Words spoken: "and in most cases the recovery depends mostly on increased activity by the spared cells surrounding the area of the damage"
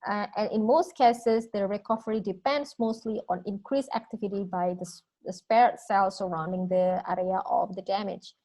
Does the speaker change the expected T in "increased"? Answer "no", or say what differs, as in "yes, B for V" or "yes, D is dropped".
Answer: yes, T is dropped